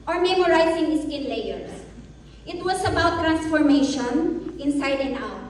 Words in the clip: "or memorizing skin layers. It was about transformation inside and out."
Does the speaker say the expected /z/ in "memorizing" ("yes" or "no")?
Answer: no